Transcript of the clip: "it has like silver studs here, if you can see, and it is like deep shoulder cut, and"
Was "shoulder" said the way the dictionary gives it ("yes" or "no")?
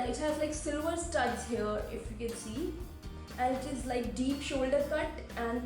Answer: yes